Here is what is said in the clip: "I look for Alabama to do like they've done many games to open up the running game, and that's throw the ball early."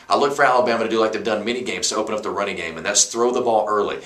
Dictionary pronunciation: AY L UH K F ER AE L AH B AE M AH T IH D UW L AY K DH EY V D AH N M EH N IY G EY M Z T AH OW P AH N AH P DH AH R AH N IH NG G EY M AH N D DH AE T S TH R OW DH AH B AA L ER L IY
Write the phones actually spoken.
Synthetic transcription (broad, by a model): AY L UH K F ER AE L AH B AE M AH T IH D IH L AY K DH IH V D AH N M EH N IY G EY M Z T AH OW P AH N AH P DH AH R AH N IH NG G EY M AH N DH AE T S TH R OW DH AH B AA L ER L IY